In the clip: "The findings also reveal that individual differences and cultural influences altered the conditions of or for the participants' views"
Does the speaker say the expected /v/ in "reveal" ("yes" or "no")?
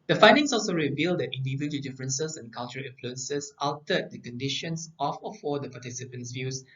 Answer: yes